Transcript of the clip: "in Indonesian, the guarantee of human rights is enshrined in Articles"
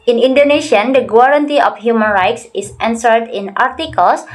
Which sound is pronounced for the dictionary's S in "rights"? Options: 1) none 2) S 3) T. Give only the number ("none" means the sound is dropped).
2